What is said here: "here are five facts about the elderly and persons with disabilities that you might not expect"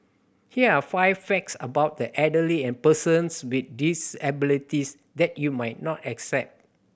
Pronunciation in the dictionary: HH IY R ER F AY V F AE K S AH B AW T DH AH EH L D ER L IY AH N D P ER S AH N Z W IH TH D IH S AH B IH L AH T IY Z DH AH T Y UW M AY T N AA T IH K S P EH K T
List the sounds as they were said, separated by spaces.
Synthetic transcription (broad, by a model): HH IY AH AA F AY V F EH K S AH B AW T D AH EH D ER L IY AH N P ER S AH N S W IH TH D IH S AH B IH L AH T IY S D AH T Y UW M AY T N AA T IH K S EH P T